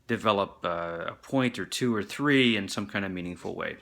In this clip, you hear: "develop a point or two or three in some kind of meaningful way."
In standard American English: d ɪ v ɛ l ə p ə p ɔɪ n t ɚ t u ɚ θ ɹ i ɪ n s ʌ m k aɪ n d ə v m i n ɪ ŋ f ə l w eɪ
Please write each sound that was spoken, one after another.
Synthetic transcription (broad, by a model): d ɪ v ɛ l ə p ə p ɔɪ n t ɚ t u ɚ θ ɹ i ɪ n s ʌ m k aɪ n d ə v m i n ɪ ŋ f l w eɪ